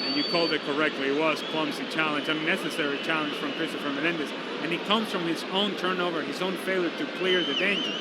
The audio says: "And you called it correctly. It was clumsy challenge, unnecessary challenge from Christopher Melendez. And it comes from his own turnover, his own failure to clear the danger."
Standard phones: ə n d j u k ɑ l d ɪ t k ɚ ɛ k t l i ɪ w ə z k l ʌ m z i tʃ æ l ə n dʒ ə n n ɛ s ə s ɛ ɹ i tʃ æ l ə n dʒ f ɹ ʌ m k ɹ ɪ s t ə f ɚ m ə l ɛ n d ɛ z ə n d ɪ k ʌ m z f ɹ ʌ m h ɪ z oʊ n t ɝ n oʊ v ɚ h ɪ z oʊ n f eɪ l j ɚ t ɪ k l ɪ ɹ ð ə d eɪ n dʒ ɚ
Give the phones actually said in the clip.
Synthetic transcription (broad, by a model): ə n j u k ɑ l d ɪ t k ɚ ɛ k t l i ɪ w ə z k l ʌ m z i tʃ æ l ə n dʒ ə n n ɛ s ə s ɛ ɹ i tʃ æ l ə n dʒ f ɹ ʌ m k ɹ ɪ s t ə f ɚ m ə n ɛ n d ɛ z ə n ɪ k ʌ m z f ɹ ʌ m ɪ z oʊ n t ɝ n oʊ v ɚ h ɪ z oʊ n f eɪ l j ɚ t ɪ k l ɪ ɹ ð ə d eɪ n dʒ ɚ